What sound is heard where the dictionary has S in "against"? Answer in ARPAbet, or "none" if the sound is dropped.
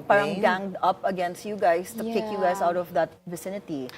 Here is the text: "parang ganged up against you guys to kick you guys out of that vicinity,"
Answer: S